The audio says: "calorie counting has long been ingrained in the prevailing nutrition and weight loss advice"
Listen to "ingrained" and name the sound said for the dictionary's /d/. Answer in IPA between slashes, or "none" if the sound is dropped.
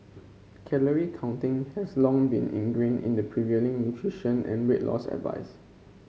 none